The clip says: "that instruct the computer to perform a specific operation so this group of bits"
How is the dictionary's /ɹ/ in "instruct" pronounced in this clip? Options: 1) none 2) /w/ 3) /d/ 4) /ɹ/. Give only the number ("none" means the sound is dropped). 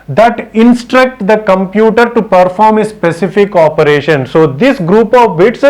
4